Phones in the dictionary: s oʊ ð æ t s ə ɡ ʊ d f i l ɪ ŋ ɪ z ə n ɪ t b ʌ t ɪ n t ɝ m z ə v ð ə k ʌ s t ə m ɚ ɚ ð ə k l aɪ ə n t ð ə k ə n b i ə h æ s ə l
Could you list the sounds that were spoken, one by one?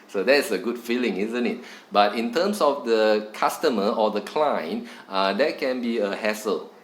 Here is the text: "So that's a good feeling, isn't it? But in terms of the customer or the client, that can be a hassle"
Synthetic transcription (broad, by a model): s oʊ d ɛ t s ə ɡ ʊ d f i l ɪ ŋ ɪ z ə n ɪ t b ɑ t ɪ n t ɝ m s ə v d ə k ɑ s t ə m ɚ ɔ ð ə k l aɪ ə n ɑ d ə k ə n b i ə h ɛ s ə l